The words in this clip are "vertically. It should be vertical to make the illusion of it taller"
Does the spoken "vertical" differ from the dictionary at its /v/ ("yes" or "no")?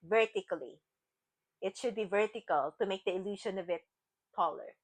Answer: no